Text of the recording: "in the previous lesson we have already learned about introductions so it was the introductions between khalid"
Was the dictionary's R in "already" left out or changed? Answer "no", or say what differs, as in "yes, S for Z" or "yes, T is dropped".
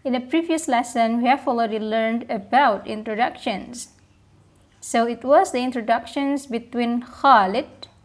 yes, L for R